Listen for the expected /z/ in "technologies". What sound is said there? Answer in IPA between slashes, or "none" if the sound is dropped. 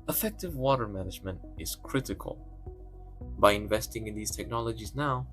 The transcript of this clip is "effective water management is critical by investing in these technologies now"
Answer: /z/